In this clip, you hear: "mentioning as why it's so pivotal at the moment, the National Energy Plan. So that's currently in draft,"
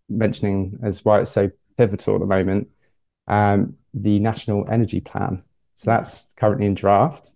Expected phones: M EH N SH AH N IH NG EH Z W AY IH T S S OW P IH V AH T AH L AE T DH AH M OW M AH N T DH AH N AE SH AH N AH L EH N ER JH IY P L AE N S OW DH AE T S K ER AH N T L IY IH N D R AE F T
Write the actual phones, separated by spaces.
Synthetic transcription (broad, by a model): M EH N SH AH N IH NG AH Z W AY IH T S S OW P IH V AH T AH L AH T DH AH M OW M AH N T DH AH N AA SH AH N AH L EH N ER JH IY P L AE N S OW DH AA T S K ER AH N T L IY IH N D R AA F T